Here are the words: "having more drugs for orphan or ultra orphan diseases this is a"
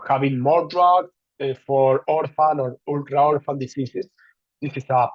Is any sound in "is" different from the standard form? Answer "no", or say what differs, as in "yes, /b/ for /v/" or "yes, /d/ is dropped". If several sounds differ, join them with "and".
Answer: yes, /s/ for /z/